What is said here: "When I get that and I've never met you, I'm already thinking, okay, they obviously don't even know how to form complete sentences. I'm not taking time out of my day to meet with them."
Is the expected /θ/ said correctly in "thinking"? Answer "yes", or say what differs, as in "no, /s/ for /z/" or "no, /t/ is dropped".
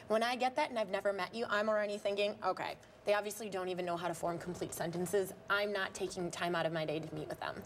yes